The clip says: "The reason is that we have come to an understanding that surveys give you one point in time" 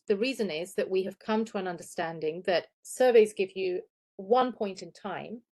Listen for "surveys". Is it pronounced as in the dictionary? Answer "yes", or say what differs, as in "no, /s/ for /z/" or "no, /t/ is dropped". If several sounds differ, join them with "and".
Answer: yes